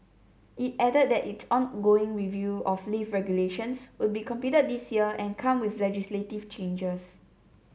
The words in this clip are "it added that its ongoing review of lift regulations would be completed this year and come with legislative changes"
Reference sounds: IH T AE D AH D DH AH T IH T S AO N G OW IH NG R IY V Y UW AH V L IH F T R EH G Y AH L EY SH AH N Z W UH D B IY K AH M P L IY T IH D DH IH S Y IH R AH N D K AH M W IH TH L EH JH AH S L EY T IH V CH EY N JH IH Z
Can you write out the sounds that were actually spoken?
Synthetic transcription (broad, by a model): IH T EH D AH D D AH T IH T S AO N G OW IH NG R IY V Y UW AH F L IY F R EH G Y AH L EY SH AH N S W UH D B IY K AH M P IY T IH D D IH S Y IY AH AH N K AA M W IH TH L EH JH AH S L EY T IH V CH EY N JH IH S